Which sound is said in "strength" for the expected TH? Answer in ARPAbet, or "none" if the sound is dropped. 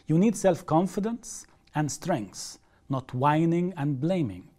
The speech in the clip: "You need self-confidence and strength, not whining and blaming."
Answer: S